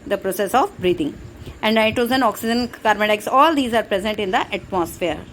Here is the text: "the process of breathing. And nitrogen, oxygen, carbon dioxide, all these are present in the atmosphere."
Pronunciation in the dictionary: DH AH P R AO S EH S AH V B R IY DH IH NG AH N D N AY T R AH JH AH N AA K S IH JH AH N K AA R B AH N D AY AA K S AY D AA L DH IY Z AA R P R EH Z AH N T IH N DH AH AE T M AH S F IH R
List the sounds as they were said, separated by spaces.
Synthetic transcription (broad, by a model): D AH P R AO S EH S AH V B R IY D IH NG AH N D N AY T AH Z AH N AA K S IH JH AH N K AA R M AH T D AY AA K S AA L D IY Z AA R P R EH Z AH N T IH N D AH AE T M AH S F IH R